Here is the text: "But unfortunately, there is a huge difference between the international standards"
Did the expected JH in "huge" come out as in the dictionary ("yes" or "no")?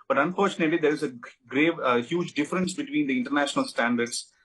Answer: yes